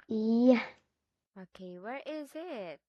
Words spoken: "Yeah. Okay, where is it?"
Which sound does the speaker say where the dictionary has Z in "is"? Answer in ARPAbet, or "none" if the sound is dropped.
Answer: Z